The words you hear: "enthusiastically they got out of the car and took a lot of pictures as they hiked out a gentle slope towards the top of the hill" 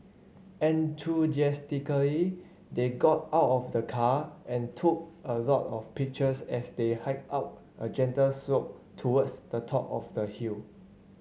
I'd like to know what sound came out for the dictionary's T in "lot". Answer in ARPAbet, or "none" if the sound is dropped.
T